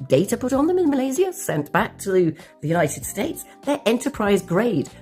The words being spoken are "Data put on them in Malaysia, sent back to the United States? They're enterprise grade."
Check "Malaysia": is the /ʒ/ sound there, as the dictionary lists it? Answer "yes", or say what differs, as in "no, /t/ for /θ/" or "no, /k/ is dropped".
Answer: no, /z/ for /ʒ/